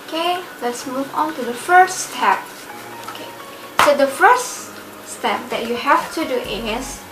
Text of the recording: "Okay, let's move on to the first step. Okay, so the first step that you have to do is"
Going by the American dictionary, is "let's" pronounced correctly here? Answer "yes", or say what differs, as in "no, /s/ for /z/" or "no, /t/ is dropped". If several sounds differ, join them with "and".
yes